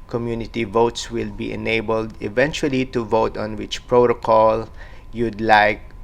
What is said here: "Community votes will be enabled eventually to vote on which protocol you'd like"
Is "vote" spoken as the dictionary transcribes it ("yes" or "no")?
yes